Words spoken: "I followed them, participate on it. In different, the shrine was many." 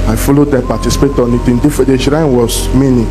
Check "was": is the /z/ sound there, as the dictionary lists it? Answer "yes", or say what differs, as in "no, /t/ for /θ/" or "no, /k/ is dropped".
no, /s/ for /z/